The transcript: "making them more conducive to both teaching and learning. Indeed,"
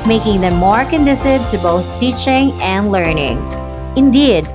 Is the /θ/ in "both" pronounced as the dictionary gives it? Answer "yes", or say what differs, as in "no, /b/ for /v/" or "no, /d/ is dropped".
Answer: yes